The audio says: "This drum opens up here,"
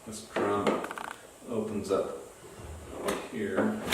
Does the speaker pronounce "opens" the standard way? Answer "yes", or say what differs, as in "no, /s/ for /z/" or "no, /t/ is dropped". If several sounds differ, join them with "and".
yes